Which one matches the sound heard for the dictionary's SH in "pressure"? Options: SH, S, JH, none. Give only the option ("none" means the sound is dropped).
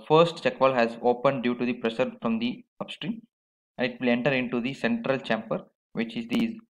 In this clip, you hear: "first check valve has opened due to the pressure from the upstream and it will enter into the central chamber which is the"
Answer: S